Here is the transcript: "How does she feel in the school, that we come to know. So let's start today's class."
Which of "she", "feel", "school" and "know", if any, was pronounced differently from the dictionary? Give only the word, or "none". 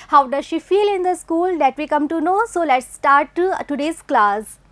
none